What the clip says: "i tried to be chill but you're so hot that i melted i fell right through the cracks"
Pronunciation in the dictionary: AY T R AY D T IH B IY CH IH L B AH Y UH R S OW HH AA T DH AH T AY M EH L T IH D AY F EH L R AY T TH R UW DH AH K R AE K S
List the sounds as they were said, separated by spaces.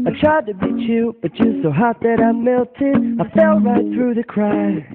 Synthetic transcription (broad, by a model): AY T R AY D T IH B IY CH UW B AH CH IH S OW HH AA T DH AH T AY M EH L T IH D AY F EH L R AY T TH R UW DH AH K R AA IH